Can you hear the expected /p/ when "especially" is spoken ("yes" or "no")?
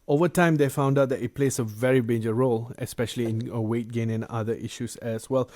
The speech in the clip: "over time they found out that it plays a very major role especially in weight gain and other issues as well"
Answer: yes